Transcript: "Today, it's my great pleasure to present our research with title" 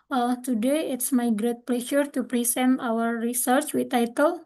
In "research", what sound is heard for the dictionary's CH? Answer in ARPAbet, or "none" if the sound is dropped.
CH